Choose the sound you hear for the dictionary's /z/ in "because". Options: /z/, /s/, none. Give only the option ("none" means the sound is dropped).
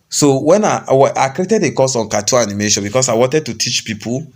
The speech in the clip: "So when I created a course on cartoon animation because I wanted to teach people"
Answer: /s/